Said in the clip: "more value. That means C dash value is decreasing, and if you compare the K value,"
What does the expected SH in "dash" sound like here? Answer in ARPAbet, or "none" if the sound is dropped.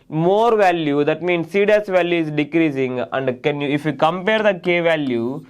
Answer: S